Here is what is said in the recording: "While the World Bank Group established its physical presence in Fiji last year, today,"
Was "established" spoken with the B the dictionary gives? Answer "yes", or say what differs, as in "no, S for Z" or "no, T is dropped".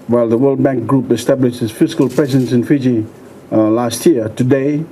yes